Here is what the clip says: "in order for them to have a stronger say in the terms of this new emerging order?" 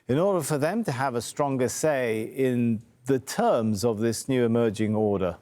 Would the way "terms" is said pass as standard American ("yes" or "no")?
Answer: yes